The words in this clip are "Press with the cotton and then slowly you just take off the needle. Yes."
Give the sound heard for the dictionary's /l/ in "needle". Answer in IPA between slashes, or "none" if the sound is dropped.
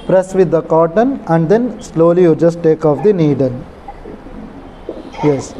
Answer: /n/